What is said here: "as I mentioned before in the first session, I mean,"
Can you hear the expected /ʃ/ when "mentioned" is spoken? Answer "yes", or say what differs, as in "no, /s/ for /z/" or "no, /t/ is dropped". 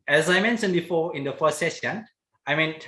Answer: no, /s/ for /ʃ/